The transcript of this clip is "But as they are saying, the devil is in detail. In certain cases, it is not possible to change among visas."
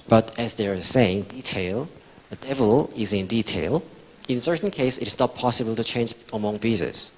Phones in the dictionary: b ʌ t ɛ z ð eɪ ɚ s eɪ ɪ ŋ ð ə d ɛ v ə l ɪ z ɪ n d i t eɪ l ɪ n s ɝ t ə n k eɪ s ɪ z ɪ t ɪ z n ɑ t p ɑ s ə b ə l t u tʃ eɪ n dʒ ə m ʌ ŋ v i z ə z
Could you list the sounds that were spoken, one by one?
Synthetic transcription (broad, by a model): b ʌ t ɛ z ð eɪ ɚ s eɪ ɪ ŋ ð ə d ɛ v ə l ɪ z ɪ n d i t eɪ l ɪ n s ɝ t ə n k eɪ ɪ s ɪ t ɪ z n ɑ t p ɑ s ə b ə l t u tʃ eɪ n dʒ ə m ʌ ŋ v i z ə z